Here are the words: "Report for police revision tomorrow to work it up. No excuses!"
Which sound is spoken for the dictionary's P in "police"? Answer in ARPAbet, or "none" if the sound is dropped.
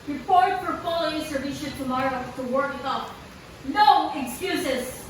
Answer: F